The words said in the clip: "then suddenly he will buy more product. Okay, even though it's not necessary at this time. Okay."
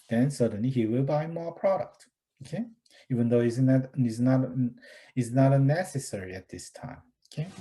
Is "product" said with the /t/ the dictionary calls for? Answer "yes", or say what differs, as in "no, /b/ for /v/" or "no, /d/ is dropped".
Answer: yes